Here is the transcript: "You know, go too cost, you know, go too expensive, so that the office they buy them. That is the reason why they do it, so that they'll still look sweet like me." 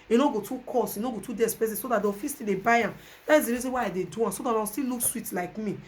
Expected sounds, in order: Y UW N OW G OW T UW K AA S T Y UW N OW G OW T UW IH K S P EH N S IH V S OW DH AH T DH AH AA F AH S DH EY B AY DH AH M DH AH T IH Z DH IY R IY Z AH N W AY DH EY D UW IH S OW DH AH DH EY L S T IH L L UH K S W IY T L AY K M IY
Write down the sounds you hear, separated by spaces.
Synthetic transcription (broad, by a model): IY N OW G OW T UW K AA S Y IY N OW G OW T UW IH S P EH S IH S OW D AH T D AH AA F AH S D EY B AY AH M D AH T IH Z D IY R IY Z AH N W AY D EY D UW IH S OW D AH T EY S T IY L L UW K S W IY T L AY K M IY